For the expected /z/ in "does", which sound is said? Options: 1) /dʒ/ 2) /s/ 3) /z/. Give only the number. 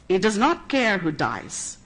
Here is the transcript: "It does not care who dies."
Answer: 3